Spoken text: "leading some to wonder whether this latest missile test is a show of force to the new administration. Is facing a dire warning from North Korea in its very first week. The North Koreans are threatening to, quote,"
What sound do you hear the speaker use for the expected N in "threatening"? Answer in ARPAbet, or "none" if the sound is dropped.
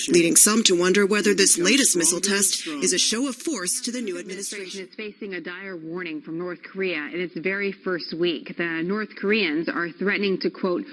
N